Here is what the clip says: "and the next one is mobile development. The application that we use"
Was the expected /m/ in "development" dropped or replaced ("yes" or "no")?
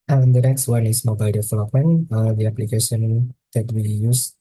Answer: yes